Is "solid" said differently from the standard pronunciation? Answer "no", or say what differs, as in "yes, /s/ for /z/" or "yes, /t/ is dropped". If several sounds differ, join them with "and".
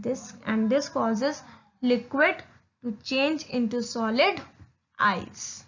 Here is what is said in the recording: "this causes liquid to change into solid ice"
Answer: no